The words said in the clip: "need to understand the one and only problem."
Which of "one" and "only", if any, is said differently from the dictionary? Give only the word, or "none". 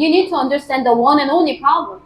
none